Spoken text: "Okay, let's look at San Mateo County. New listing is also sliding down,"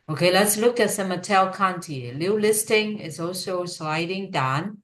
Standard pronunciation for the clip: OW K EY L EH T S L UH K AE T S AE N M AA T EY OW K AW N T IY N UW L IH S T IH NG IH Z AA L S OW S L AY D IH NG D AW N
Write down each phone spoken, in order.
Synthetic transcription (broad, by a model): OW K EY L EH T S L UH K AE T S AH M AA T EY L K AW N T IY L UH L IH S T IH NG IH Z AA L S OW S L AY D IH NG D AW N